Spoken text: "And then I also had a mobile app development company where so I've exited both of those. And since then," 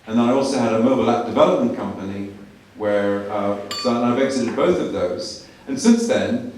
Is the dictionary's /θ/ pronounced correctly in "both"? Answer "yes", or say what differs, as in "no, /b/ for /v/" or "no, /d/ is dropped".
yes